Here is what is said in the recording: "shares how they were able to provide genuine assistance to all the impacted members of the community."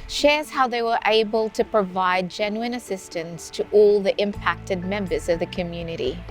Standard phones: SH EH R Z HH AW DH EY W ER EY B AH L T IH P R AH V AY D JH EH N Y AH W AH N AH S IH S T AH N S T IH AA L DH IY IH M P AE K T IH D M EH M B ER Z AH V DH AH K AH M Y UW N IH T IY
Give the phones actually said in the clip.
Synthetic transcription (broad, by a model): SH EH R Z HH AW DH EY W ER EY B AH L T IH P R AH V AY D JH EH N Y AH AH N AH S IH S T AH N S T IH AA L DH IY IH M P AE K T IH D M EH M B ER Z AH V DH AH K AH M Y UW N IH T IY